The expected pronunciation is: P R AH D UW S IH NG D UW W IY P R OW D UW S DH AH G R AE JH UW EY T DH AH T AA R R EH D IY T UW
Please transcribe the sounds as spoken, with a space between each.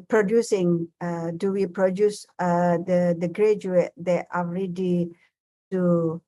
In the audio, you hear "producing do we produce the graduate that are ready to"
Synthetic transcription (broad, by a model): P R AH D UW S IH NG D UW W IY P R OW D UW S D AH G R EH JH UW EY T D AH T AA L R EH D IY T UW